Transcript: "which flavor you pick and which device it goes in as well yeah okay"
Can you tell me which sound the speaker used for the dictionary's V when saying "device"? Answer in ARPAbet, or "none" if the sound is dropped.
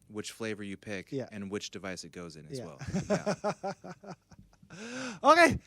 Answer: V